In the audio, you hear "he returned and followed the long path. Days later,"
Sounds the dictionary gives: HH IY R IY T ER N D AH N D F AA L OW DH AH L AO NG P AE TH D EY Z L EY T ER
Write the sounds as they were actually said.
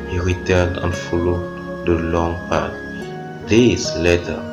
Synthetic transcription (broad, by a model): HH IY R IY T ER N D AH N F AA L OW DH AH L AO NG P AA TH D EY S L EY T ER